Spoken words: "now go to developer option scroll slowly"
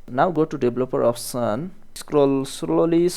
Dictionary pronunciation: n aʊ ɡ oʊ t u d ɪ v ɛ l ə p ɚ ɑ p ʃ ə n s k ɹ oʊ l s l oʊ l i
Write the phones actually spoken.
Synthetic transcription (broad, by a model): n aʊ ɡ oʊ t u d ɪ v l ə p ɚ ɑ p s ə n s k ɹ oʊ l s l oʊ l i